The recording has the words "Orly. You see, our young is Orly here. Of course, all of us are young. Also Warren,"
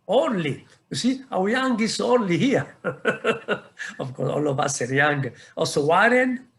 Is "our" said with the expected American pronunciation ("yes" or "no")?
no